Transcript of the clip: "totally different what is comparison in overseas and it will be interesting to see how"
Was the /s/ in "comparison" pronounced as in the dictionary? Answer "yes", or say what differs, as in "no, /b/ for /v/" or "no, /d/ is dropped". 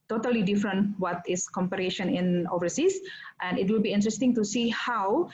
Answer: no, /ʃ/ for /s/